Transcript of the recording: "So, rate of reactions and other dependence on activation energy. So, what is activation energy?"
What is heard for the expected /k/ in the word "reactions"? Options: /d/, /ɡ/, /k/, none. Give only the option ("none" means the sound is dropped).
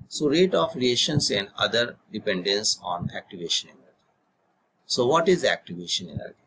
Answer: none